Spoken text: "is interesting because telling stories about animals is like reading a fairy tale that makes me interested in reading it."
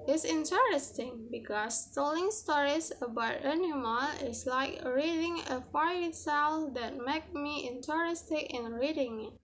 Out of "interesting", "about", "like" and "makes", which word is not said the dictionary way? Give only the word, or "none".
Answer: makes